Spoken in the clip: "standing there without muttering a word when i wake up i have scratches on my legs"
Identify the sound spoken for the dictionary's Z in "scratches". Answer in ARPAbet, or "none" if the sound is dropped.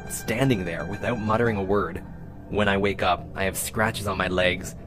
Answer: Z